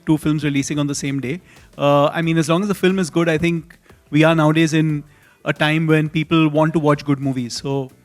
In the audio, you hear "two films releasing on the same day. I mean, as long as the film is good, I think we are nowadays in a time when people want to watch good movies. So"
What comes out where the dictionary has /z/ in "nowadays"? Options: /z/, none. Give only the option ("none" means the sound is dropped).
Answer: /z/